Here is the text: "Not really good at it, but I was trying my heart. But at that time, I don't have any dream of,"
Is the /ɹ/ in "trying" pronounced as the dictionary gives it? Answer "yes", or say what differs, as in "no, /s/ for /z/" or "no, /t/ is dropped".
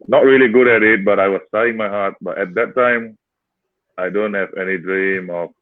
no, /ɹ/ is dropped